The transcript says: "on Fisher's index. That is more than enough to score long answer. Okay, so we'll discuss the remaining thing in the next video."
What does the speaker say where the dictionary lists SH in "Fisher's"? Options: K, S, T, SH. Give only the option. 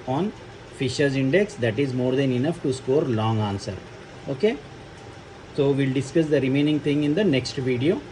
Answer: SH